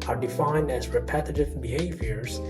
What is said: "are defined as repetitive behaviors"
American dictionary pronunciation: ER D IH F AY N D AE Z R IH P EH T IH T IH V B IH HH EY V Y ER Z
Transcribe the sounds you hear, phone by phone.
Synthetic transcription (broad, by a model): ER D IH F AY N D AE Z R IH P EH T IH T IH V B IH HH EY V Y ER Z